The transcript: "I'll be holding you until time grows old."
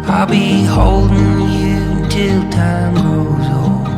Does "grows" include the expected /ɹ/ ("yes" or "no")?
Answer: no